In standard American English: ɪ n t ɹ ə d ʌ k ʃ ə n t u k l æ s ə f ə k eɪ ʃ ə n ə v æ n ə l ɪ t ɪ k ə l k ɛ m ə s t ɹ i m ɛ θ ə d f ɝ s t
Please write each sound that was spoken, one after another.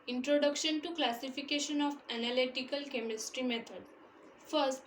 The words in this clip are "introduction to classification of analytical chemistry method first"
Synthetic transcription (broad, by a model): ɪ n t ɹ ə d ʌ k ʃ ə n t u k l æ s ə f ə k eɪ ʃ ə n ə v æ n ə l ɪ t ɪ k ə l k ɛ m ə s t ɹ i m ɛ t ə d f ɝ s t